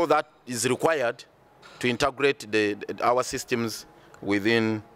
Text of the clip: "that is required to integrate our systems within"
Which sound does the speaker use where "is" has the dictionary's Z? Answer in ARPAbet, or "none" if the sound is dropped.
Z